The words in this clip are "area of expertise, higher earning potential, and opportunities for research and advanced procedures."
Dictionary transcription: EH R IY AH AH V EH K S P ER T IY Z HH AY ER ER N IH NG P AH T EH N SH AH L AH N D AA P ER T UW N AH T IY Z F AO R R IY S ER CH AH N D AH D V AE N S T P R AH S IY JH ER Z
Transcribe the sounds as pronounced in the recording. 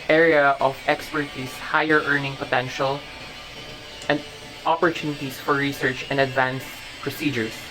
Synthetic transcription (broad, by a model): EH R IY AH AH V EH K S P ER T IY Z HH AY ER ER N IH NG P AH T EH N SH AH L AH N D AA P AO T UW N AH T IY S F AO R R IY S ER CH AH N D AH D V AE N S P R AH S IY JH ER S